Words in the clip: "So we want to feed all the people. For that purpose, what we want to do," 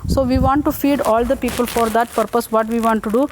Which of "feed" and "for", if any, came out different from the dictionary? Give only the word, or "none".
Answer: none